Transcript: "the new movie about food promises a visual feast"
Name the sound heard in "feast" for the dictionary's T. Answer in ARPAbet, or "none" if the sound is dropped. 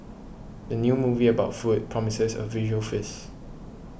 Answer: none